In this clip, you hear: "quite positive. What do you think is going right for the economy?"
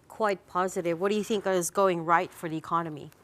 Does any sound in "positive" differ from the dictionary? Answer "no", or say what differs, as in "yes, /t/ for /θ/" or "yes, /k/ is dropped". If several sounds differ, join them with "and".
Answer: no